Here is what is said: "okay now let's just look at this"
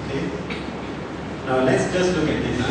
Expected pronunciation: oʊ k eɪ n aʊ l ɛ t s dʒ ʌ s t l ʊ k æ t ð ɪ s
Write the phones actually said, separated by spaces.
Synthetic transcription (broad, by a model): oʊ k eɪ n aʊ l ɛ t s dʒ ʌ s t l ʊ k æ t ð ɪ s